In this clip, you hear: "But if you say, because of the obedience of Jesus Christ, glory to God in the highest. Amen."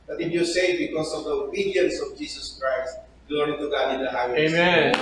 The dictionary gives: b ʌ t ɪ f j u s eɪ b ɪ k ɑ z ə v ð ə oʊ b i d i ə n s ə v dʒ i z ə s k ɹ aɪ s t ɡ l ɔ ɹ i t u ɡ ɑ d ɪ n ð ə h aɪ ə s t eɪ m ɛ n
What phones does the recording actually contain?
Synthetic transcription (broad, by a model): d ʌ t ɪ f j u s eɪ b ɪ k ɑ s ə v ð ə oʊ b i d i ə n s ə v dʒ i s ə s k ɹ aɪ s t ɡ l ɔ ɹ i t u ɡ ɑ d ɪ n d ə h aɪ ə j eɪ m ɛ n